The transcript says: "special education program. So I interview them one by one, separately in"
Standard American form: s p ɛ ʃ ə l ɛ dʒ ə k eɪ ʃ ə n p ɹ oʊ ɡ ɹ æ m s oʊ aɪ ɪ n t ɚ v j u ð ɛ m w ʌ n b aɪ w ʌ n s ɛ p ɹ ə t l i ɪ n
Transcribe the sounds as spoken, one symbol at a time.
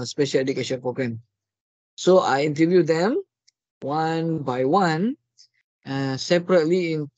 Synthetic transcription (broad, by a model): s p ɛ ʃ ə l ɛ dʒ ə k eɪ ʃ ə n p ɹ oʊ ɡ ɹ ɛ m s oʊ aɪ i n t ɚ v j u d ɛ m w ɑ n b aɪ w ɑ n s ɛ p ɹ ə t l i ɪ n